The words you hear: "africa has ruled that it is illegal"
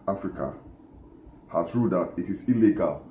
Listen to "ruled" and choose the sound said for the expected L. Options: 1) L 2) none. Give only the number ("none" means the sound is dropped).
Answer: 2